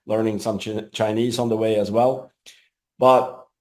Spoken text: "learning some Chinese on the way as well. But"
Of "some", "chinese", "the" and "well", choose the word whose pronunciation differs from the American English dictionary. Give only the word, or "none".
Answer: none